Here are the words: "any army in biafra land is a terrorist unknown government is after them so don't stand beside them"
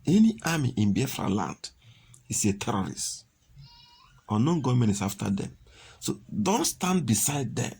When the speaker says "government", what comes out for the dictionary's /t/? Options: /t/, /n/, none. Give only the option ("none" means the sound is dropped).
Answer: none